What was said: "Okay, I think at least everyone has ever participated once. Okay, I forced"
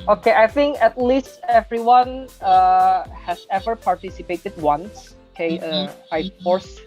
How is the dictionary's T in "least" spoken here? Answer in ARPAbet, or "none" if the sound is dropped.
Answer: T